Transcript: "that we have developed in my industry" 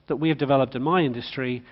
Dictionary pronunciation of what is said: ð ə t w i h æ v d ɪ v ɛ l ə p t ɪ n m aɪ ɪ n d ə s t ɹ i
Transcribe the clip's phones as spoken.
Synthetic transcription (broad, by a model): ð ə t w i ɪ v d ɪ v ɛ l ə p t ɪ n m aɪ ɪ n d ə s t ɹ i